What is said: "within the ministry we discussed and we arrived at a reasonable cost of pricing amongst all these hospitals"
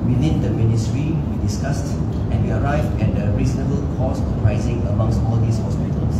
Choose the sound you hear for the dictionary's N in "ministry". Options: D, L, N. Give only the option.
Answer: N